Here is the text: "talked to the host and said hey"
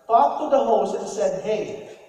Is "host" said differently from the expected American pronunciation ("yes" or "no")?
yes